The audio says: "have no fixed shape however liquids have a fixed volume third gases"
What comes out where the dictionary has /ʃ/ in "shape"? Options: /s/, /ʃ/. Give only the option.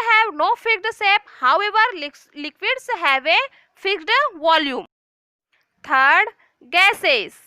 /s/